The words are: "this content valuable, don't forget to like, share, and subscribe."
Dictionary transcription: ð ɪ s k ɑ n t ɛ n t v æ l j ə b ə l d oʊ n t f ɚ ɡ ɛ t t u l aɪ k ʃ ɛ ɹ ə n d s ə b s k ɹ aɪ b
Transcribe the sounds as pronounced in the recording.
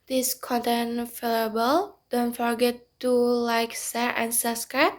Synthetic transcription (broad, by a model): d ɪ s k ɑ n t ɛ n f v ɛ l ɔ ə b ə l d oʊ n t f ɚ ɡ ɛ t t u l aɪ k s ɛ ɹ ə n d s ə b s k ɹ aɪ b